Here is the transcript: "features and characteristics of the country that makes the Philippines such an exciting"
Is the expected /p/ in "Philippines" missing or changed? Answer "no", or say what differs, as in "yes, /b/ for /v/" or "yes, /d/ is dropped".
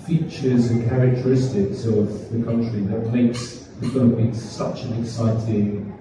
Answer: yes, /b/ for /p/